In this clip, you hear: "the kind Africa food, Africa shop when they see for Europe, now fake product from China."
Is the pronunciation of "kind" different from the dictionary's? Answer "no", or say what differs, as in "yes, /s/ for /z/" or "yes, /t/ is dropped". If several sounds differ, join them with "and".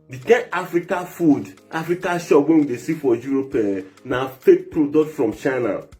yes, /d/ is dropped